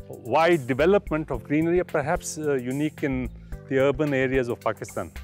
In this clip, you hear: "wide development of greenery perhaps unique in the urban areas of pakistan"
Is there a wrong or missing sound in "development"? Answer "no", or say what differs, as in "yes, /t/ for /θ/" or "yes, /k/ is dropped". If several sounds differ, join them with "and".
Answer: no